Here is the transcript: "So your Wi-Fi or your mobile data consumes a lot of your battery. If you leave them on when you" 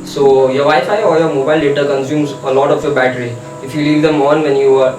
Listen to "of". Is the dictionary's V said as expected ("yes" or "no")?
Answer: no